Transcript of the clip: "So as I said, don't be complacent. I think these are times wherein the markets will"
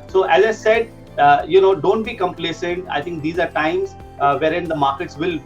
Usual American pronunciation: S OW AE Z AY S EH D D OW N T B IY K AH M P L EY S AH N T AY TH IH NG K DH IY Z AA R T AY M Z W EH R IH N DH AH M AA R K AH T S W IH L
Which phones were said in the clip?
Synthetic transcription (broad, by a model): S OW AE Z AY S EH D D OW N T B IY K AH M P L EY S AH N T AY T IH NG K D IY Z AA R T AY M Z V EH R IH N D AH M AA R K AH T S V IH L